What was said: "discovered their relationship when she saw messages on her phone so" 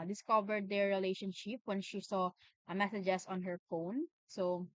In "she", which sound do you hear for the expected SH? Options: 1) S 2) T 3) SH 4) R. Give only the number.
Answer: 3